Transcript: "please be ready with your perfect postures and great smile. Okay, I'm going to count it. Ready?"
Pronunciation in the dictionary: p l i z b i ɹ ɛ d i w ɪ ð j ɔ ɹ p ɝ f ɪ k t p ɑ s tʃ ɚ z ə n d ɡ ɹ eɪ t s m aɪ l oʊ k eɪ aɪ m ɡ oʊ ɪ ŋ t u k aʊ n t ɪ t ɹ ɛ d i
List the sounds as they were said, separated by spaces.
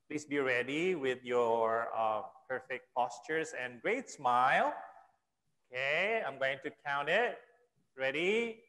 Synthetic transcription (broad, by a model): p l i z b i ɹ ɛ d i w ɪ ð j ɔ ɹ p ɝ f ɪ k t p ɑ s tʃ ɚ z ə n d ɡ ɹ eɪ t s m aɪ l oʊ k eɪ aɪ m ɡ oʊ ɪ ŋ t u k aʊ n t ɪ t ɹ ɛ d i